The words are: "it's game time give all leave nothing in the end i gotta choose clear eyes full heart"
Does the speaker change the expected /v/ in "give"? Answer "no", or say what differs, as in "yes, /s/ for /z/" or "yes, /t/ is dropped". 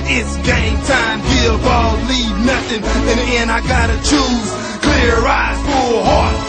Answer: yes, /b/ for /v/